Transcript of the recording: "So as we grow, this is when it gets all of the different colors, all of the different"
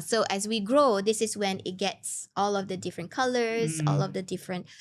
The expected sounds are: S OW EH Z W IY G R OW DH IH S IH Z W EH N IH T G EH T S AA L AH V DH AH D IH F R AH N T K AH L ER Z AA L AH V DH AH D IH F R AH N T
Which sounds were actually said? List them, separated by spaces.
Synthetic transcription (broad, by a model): S OW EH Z W IY G R OW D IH S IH S W EH N IH T G EH T S AA L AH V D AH D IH F R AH N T K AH L ER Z AA L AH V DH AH D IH F R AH N T